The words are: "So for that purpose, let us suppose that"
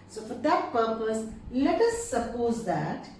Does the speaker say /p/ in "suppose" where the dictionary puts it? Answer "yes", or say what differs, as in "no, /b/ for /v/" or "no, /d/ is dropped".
yes